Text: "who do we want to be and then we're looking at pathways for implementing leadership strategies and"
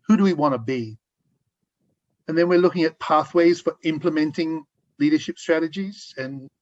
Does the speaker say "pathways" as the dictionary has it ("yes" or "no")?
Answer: yes